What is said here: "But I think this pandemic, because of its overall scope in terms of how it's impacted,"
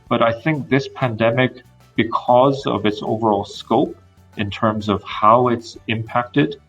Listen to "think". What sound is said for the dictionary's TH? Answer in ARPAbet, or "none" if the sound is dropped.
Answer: TH